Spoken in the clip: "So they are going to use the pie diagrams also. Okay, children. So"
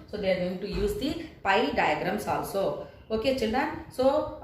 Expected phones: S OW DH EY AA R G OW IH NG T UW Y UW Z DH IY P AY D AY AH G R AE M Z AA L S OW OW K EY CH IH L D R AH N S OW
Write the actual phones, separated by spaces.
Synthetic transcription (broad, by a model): S OW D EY AA R G OW IH NG T UW Y UW Z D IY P AY D AY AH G R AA M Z AA L S OW OW K EY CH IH L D AH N S OW